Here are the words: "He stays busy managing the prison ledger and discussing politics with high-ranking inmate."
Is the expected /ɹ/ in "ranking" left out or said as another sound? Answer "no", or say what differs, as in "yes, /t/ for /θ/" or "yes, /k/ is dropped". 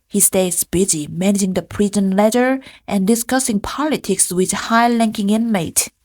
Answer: yes, /l/ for /ɹ/